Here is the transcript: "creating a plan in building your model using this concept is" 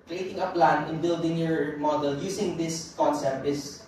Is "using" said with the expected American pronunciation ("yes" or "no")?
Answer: no